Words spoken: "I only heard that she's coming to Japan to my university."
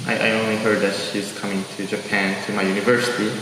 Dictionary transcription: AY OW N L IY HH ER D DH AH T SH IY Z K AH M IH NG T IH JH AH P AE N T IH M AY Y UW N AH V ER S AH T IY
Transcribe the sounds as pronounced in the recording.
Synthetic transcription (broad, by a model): AY OW N L IY HH ER D DH AH T SH IY Z K AH M IH NG T IH JH AH P AE N T IH M AY Y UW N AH V ER S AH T IY